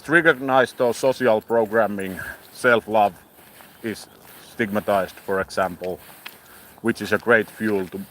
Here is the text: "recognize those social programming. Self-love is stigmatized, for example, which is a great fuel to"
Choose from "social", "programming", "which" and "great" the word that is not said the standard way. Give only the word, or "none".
social